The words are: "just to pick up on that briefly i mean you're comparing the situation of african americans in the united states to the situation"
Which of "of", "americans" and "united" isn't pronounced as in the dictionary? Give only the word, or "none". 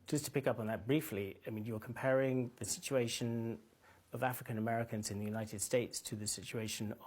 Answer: none